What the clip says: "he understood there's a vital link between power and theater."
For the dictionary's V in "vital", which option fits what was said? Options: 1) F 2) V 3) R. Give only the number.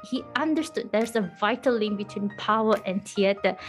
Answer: 2